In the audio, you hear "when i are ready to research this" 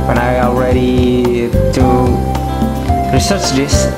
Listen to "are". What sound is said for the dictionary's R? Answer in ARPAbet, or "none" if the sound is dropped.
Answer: L